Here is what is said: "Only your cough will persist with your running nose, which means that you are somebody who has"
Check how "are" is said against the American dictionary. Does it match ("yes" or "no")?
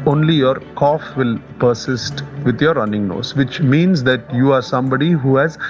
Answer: yes